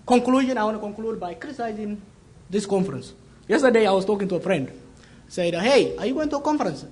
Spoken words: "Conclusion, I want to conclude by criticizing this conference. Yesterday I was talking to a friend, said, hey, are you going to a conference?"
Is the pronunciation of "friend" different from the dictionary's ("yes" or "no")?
no